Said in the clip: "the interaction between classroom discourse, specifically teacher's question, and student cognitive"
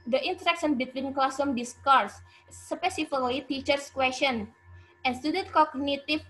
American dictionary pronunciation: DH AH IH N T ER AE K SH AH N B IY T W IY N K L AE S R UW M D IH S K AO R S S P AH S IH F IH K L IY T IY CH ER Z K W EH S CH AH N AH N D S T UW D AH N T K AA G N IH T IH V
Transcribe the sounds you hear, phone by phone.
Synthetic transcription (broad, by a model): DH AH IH N T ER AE K S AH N B IY T W IY N K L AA S UW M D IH S K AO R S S P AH S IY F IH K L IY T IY CH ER S K W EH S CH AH N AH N S T UW D AH N T K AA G N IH T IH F